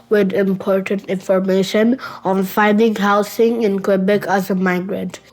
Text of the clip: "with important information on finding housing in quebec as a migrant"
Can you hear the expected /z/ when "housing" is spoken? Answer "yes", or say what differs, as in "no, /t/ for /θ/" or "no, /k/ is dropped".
no, /s/ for /z/